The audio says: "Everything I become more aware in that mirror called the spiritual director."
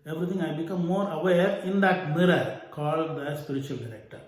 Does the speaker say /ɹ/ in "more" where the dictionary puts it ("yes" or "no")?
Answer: yes